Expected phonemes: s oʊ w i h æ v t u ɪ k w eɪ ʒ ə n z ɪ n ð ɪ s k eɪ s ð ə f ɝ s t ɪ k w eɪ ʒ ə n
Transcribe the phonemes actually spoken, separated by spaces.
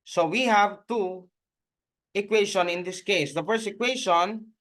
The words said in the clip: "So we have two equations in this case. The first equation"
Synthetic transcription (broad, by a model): s oʊ w i h æ v t u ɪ k w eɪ ʃ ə n ɪ n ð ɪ s k eɪ s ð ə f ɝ s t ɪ k w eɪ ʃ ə n